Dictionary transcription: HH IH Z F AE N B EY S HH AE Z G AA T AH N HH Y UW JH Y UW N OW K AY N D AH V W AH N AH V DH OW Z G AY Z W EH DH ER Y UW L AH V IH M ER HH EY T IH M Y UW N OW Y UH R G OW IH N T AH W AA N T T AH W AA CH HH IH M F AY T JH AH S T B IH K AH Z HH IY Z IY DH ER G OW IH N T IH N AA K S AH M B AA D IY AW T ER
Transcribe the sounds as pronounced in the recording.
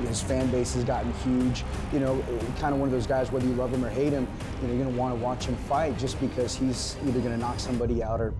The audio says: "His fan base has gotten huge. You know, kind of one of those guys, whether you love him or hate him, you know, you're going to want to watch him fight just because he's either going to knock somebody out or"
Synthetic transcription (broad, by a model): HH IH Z F AE N B EY S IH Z G AA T N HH Y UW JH Y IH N OW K AY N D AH W AH N AH V DH OW Z G AY Z W EH DH ER Y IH L AH V IH M ER HH EY T IH M Y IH N OW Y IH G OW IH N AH W AA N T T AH W AA CH HH IH M F AY T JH AH S B IH K AH Z HH IY Z IY DH ER G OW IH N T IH N AA K S AH M B AA D IY AW T ER